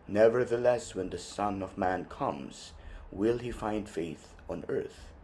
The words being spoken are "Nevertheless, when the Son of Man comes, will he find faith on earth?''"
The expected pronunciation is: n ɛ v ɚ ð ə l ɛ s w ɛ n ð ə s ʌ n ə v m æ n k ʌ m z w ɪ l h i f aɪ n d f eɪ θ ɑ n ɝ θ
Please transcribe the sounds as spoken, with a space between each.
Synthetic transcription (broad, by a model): n ɛ v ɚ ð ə l ɛ s w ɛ n ð ə s ʌ n ə v m æ n k ʌ m z w ɪ l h i f aɪ n d f eɪ θ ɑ n ɝ θ